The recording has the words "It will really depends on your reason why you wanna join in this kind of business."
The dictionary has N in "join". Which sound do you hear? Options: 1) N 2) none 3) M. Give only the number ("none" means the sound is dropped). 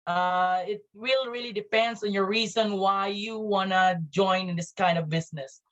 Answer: 2